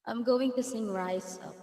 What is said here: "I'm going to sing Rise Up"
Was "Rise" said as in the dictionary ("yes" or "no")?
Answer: no